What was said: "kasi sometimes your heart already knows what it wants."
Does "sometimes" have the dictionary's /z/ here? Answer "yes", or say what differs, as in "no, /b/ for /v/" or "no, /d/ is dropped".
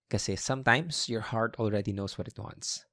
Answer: no, /s/ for /z/